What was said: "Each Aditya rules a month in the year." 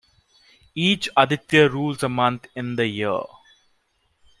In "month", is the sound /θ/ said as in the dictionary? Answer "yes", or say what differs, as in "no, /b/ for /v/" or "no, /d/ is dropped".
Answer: no, /t/ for /θ/